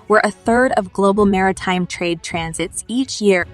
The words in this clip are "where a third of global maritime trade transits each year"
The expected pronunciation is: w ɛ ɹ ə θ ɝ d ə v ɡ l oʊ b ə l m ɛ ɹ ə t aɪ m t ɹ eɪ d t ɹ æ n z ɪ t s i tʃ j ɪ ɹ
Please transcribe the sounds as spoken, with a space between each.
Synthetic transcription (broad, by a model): w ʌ ɹ ə θ ɝ d ə v ɡ l oʊ b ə l m ɛ ɹ ə t aɪ m t ɹ eɪ d t ɹ æ n z ɪ t s i tʃ j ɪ ɹ